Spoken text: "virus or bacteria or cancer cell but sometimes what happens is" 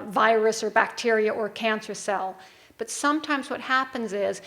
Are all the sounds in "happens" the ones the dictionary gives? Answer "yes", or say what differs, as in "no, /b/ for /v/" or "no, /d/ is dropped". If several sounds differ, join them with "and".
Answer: yes